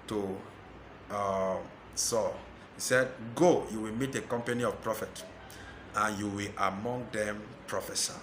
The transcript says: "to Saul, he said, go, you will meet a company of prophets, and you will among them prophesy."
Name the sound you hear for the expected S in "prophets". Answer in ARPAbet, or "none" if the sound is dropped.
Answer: none